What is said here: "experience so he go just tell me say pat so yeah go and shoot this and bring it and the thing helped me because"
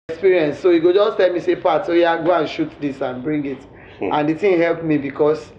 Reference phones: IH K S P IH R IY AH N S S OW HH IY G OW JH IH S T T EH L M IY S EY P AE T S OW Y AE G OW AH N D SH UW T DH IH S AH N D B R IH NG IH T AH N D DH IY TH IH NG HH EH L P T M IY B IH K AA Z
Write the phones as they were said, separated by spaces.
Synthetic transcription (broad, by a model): K S P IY R IY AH N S S OW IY G OW JH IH S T T EH L M IY S EY P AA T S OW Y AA G OW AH N SH UW T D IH S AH N B R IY NG IH T AH N D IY T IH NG HH EH L P M IY B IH K AA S